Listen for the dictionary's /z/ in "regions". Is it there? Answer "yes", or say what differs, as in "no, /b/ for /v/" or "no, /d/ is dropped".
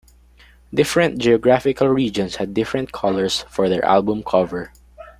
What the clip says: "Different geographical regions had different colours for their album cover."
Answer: no, /s/ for /z/